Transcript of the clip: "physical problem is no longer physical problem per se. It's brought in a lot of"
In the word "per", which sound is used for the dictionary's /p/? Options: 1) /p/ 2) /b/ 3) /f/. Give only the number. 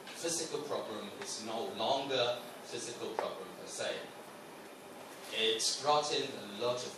3